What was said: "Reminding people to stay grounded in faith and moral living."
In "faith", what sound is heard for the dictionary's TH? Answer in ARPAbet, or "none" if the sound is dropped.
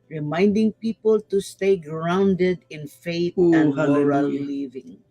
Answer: T